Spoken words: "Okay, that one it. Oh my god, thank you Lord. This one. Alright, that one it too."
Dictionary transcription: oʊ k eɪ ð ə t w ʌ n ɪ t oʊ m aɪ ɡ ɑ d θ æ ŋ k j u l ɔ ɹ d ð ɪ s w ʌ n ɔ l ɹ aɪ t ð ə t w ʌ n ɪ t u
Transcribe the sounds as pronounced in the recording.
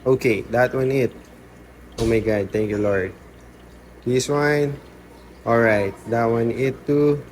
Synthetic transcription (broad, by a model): oʊ k eɪ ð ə t w ʌ n ɪ t oʊ m aɪ ɡ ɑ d t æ ŋ k j u l ɔ ɹ d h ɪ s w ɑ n ɔ l ɹ aɪ t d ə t w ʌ n ɪ t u